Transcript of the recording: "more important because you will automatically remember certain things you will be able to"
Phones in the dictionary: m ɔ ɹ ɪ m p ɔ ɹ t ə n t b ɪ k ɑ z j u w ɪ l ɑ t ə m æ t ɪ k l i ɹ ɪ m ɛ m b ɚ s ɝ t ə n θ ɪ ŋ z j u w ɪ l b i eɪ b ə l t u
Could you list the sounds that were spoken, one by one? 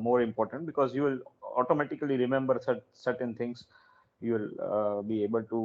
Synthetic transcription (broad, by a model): m ɔ ɹ ɪ m p ɔ ɹ t ə n t b ɪ k ɑ z j u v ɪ l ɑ t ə m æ t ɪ k l i ɹ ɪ m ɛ m b ɚ s ɝ t ə n t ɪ ŋ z j u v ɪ l b i eɪ b ə l t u